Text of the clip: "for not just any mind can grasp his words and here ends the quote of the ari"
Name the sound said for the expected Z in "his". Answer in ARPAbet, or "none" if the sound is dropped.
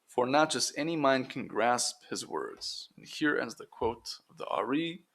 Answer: Z